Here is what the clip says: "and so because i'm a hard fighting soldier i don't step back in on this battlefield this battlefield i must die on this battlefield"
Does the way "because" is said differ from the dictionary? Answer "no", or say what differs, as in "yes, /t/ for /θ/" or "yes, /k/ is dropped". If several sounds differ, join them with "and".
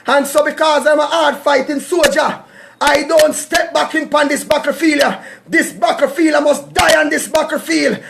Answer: no